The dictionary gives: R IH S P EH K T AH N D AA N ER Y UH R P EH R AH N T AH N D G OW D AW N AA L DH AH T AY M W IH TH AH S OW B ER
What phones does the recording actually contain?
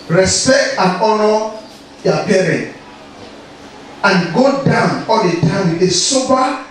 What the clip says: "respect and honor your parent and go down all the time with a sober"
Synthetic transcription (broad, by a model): R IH S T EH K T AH N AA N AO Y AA P EH R AH N T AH N G OW D AW N AA L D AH T AY M W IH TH AH S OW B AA